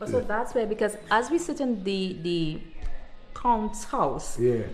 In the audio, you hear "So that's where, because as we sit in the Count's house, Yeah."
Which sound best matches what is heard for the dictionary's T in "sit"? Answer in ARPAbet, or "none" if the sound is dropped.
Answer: T